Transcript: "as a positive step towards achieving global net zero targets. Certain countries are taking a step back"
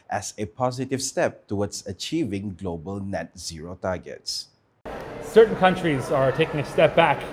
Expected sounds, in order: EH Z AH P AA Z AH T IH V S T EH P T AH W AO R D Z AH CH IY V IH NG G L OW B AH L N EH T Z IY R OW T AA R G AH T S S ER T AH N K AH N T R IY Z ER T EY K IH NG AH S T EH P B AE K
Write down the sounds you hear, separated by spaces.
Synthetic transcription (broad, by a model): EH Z AH P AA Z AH T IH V S T EH P T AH W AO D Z AH CH IY V IH NG G L OW B AH L N EH T Z IY R OW T AA G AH T S S ER T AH N K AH N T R IY Z ER T EY K IH NG AH S T EH P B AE K